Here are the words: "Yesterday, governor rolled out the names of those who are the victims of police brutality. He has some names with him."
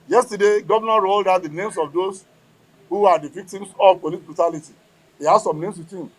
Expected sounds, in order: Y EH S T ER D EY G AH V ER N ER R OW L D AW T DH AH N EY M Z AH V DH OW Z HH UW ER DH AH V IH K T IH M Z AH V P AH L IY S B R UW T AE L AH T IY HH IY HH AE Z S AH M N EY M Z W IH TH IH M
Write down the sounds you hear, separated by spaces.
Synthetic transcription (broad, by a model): Y EH S T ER D EY G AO V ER N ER R OW L D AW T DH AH N EY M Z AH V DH OW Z HH UW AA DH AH V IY K T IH M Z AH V P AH L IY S B R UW T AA L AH T IY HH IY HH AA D S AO M N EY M S W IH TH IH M